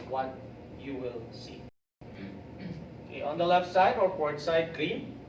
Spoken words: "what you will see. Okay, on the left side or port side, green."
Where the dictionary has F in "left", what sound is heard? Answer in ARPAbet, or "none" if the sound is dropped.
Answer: F